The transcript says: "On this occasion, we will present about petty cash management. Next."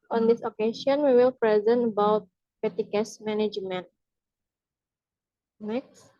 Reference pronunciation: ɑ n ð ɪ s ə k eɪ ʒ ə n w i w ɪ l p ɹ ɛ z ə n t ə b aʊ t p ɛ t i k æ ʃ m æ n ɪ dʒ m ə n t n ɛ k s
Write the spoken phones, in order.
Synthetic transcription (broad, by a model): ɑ n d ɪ s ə k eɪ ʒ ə n w i w ɪ l p ɹ ɛ z ə n t ə b aʊ t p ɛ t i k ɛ s m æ n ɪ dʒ m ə n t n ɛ k s